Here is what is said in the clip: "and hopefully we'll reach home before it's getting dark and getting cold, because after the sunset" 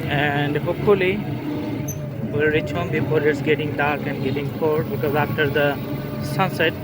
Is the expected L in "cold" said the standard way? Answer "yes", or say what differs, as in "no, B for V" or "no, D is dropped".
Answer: no, L is dropped